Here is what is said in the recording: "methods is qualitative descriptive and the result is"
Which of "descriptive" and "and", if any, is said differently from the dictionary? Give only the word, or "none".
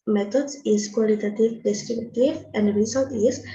descriptive